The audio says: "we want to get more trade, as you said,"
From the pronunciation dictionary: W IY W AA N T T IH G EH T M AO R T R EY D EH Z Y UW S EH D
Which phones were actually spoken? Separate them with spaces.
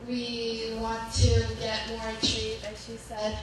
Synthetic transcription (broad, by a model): W IY W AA N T T IH G EH T M AO R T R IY EH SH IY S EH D